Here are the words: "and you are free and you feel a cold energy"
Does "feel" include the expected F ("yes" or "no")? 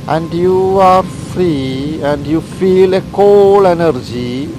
yes